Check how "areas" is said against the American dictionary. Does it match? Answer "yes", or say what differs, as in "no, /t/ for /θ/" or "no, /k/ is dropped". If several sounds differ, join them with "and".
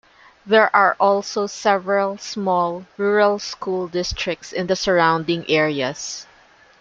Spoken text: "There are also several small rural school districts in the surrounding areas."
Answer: no, /s/ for /z/